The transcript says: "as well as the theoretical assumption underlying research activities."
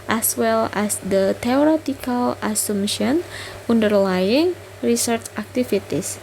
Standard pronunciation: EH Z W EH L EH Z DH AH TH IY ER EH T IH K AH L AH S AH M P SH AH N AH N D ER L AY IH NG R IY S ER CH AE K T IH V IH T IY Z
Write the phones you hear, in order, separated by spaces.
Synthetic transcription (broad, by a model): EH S W EH L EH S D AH T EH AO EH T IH K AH L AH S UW M SH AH N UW N D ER L AY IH NG R IY S ER CH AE K T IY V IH T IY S